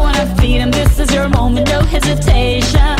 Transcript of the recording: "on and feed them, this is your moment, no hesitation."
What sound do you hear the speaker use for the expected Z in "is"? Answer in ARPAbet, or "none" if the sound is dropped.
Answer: Z